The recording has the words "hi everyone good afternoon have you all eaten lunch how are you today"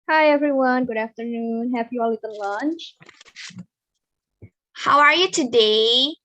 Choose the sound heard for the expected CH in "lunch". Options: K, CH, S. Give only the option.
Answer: CH